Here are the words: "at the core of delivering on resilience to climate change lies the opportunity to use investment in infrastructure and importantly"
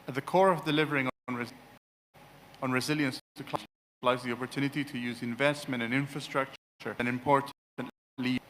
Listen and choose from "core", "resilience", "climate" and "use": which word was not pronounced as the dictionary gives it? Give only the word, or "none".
climate